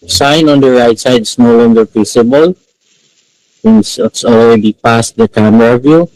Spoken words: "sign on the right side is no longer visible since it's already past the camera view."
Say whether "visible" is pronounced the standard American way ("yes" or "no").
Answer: no